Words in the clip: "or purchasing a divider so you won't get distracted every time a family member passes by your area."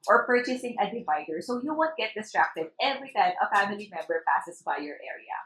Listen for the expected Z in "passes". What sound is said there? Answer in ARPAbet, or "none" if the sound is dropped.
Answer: S